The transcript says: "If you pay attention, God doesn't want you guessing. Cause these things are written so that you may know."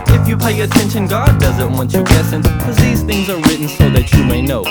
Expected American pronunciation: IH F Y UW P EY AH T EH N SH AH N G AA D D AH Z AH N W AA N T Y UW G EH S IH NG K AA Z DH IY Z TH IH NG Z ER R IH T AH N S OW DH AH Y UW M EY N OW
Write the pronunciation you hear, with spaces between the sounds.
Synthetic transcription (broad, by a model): IH F Y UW P EY AH T EH N SH AH N G AA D D AH Z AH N W AA N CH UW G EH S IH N K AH Z DH IY Z TH IH NG Z ER R IH T N S OW DH AH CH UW M EY N OW